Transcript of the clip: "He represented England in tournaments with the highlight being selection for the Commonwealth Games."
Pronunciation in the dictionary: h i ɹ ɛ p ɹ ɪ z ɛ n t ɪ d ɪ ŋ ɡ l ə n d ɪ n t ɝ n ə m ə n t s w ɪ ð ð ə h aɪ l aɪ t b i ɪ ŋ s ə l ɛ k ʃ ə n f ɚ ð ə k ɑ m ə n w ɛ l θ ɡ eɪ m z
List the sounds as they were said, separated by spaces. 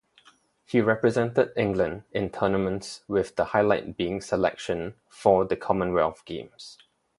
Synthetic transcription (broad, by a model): h i ɹ ɛ p ɹ ɪ z ɛ n t ɪ d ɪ ŋ ɡ l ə n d ɪ n t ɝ n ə m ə n t s w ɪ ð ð ə h aɪ l aɪ t b i ɪ ŋ s ə l ɛ k ʃ ə n f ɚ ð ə k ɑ m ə n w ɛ l f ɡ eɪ m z